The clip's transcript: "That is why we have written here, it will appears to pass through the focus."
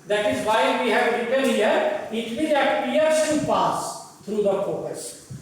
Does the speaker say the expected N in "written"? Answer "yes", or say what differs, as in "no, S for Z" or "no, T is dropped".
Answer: no, L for N